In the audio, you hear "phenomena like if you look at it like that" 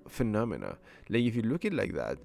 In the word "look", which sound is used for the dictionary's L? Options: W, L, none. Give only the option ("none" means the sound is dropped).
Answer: L